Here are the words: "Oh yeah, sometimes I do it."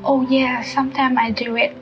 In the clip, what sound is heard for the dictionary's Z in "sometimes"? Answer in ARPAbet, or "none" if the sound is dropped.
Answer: none